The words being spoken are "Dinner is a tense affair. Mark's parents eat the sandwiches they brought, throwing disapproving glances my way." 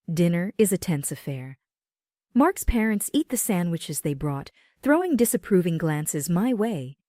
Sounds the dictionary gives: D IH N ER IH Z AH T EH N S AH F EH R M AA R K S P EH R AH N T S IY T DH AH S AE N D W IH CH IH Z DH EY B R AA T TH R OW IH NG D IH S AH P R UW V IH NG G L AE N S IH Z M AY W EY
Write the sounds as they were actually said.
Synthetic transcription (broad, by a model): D IH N ER IH Z AH T EH N S AH F EH R M AA R K S P EH R AH N T S IY T DH AH S AE N D W IH CH IH Z DH EY B R AA T TH R OW IH NG D IH S AH P R UW V IH NG G L AE N S IH Z M AY W EY